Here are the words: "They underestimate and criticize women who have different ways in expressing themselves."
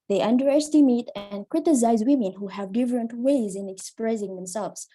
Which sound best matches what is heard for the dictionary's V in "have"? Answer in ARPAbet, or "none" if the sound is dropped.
V